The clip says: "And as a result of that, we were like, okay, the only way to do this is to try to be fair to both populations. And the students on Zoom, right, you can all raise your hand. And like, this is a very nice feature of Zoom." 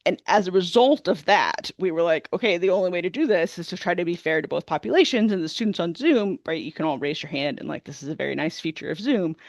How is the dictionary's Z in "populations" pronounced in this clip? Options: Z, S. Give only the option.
Z